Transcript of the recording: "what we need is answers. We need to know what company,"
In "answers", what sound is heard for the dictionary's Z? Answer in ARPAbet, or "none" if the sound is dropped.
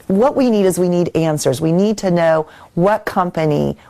Z